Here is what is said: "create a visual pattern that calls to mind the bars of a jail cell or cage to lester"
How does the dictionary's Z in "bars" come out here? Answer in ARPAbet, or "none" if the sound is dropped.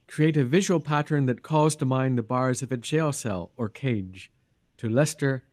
Z